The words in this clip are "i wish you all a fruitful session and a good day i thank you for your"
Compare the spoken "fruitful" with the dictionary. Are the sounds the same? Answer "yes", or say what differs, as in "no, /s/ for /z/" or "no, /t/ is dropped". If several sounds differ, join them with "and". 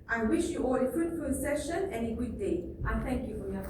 no, /n/ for /l/